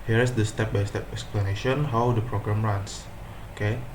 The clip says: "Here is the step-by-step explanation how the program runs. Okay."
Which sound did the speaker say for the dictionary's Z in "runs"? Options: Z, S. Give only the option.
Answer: S